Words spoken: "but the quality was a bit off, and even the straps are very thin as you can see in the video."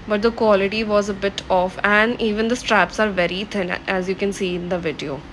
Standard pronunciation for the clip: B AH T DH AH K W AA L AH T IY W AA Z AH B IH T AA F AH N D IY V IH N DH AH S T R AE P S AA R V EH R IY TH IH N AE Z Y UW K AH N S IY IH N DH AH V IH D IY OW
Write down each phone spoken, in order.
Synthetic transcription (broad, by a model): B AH T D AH K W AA L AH T IY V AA Z AH B IH T AA F AH N D IY V IH N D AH S T R AE P S AA R V EH R IY T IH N AE Z Y UW K AH N S IY IH N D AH V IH D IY OW